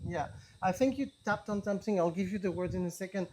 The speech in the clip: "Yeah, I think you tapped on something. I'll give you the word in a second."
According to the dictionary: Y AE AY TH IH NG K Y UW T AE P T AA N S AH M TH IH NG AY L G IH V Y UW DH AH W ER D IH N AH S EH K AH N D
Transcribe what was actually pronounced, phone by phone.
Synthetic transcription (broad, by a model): Y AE AY TH IH NG K Y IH T AE P T N S AH M TH IH NG AY L G IH V Y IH DH AH W ER D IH N AH S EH K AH N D